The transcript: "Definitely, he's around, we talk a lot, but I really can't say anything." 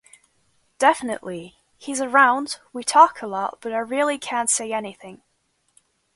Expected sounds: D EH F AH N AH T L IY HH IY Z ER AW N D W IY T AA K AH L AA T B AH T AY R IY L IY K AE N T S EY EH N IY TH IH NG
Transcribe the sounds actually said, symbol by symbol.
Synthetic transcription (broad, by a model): D EH F AH N AH T L IY HH IY Z ER AW N D W IY T AA K AH L AA T B AH T AY R IY L IY K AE N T S EY EH N IY TH IH NG